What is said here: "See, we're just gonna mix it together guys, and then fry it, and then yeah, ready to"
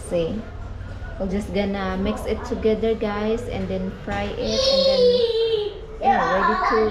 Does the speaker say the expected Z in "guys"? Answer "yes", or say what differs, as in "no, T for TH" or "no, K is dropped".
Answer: no, S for Z